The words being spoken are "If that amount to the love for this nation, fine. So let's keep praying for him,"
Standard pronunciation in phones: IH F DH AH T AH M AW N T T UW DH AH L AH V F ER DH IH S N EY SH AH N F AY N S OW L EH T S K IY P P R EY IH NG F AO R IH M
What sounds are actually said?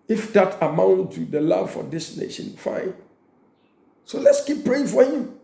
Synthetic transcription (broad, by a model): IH F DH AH T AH M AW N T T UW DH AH L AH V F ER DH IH S N EY SH AH N F AY N S OW L EH T S K IY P P R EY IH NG F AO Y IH